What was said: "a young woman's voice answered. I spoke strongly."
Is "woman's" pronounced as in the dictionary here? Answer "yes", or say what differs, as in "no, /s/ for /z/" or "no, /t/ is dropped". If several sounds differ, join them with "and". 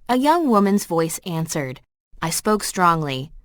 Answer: yes